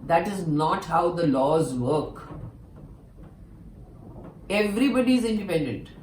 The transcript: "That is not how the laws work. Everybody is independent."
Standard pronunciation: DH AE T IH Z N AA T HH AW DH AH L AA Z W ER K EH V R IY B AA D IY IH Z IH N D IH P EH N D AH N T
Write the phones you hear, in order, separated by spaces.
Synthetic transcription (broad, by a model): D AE T IH Z N AA T HH AW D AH L AA Z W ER K EH V R IY B AA D IY IH Z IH N D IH P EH N D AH N T